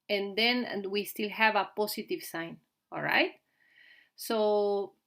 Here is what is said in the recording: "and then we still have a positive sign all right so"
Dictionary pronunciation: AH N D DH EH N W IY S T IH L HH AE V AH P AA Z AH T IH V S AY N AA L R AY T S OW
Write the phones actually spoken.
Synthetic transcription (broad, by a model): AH N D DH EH N W IY S T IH L HH AE V AH P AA S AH T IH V S AY N AA L R AY T S OW